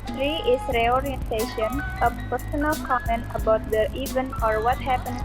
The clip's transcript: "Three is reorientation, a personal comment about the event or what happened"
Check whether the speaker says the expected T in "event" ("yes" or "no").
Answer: no